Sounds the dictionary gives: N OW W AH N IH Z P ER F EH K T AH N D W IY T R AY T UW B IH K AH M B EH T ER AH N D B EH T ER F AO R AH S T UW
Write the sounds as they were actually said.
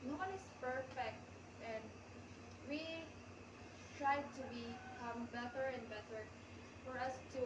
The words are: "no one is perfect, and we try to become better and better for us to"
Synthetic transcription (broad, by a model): N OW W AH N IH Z P ER F EH K T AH N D W IY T R AY T UW B IH K AH M B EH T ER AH N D B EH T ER F AO R AH S T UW